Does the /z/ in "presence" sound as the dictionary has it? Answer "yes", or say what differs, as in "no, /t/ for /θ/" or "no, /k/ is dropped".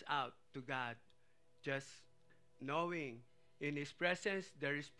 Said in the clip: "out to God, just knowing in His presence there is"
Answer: no, /s/ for /z/